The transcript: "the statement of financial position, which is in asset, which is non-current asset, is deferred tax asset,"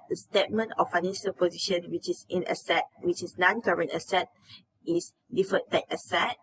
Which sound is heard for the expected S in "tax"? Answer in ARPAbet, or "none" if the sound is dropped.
none